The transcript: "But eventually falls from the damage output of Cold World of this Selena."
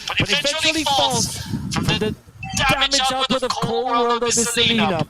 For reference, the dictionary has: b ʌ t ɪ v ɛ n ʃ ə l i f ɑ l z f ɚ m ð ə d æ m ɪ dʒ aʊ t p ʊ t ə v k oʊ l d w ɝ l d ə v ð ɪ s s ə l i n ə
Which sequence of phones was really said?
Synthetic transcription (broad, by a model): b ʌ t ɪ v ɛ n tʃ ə l i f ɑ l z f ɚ ð ə d æ m ɪ dʒ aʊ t ʊ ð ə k k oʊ l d w ɝ l d ə v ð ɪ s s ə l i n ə